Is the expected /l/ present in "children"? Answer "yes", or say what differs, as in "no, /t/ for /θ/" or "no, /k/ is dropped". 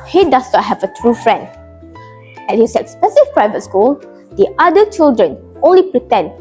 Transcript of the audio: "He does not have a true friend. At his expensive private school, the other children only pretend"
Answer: yes